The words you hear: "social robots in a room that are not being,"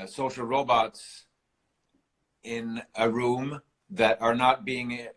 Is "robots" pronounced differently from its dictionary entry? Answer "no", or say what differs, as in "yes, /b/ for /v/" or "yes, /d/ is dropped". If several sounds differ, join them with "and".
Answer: no